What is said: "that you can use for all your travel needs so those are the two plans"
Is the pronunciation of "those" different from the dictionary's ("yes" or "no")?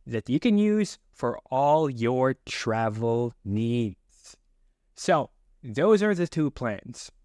no